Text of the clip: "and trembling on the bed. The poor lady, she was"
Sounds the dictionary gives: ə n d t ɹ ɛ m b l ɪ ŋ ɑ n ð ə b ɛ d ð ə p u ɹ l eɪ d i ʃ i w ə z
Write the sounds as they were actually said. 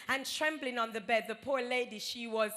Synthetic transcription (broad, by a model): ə n t ɹ ɛ m b l ɪ ŋ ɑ n ð ə b ɛ d ð ə p u ɹ l eɪ d i ʃ i w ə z